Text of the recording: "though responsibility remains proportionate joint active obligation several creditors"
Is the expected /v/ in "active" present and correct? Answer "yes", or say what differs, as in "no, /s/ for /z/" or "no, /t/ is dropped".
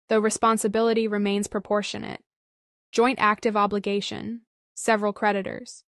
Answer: yes